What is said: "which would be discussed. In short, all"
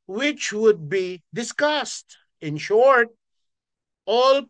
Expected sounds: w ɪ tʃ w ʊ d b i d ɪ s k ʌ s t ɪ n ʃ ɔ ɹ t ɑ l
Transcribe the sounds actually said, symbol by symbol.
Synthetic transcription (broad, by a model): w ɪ tʃ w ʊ d b i d ɪ s k ʌ s t ɪ n ʃ ɔ ɹ t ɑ l